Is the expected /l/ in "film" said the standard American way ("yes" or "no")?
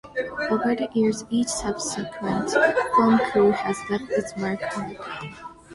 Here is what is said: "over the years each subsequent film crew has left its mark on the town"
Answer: no